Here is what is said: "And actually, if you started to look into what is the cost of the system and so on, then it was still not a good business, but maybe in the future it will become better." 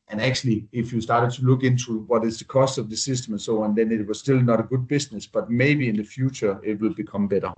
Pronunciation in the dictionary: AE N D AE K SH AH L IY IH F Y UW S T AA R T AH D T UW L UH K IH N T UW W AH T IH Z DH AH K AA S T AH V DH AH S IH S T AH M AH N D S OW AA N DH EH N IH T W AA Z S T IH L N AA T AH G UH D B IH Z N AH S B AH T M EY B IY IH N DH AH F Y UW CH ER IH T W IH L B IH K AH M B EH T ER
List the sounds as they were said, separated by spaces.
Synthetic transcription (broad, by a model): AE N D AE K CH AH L IY IH F Y UW S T AA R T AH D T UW L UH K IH N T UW W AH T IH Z DH AH K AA S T AH V DH AH S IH S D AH M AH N S OW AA N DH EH N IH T W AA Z S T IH L N AA T AH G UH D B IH S N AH S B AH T M EY B IY IH N DH AH F Y UW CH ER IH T W IH L B IH K AH M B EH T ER